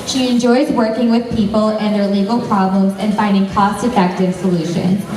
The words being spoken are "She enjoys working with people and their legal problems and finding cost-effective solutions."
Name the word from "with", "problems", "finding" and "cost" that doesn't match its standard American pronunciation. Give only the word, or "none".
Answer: none